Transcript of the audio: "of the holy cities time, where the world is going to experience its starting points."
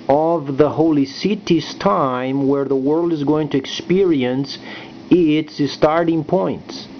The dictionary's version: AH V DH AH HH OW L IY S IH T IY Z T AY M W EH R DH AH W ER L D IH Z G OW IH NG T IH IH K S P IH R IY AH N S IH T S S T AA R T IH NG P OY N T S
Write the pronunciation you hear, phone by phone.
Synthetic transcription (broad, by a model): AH V DH AH HH OW L IY S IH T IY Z T AY M W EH R DH AH W ER L D IH Z G OW IH NG T IH IH K S P IH R IY AH N S IH T S S T AA R T IH NG P OY N T S